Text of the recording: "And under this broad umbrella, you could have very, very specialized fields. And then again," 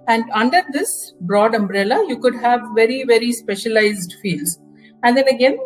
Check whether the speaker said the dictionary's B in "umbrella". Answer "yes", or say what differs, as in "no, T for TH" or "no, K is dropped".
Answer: yes